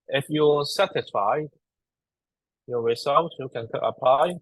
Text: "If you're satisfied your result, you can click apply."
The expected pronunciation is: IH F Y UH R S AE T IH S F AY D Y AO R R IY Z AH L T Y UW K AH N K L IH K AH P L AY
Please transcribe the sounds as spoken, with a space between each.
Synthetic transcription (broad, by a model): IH F Y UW S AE T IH S F AY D Y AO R R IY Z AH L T Y UW K AH N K IH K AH P L AY